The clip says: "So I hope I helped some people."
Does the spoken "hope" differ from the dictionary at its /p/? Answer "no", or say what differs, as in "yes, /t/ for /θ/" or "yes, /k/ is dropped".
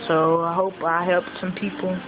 no